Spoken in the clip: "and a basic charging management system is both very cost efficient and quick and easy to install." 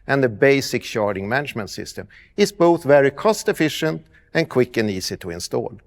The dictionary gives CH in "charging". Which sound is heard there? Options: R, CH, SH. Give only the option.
SH